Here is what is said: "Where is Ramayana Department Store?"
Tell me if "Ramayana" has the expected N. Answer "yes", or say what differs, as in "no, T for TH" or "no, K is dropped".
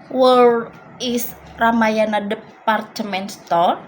yes